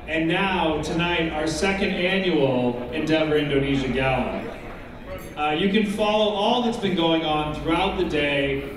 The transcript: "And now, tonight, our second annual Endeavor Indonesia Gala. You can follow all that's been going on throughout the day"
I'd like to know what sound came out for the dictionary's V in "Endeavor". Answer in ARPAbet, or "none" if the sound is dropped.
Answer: V